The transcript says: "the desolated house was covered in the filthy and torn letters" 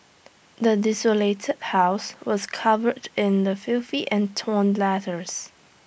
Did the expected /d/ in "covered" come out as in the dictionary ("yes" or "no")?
yes